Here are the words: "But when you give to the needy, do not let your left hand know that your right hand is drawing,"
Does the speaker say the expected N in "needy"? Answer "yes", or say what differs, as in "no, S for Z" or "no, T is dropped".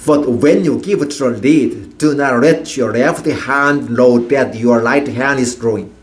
no, L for N